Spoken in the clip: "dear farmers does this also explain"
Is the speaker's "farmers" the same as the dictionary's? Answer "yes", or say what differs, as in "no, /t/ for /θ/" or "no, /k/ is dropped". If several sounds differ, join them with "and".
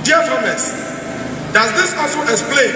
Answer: no, /s/ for /z/